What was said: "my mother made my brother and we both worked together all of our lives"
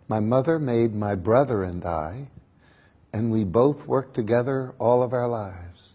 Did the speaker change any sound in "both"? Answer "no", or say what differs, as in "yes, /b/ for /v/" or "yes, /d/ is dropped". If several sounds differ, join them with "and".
no